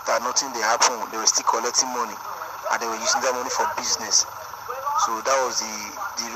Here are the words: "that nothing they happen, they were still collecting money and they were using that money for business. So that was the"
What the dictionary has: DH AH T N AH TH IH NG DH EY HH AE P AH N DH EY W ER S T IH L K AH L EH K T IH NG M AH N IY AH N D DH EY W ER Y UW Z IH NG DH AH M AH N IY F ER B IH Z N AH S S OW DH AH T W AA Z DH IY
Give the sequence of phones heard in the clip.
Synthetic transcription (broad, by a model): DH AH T N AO T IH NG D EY HH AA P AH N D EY W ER S T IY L K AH L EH K T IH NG M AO N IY AH N D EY W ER Y UW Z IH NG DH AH M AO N IY F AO B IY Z N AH S S OW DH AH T W AA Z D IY